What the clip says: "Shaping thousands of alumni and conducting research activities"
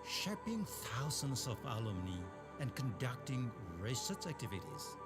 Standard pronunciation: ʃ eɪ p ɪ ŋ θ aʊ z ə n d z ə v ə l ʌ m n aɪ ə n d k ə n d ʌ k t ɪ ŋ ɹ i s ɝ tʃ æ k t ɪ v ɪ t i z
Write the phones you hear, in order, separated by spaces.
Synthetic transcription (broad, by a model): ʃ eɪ p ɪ ŋ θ aʊ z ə n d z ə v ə l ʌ m n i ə n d k ə n d ʌ k t ɪ ŋ ɹ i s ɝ s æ k t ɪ v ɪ t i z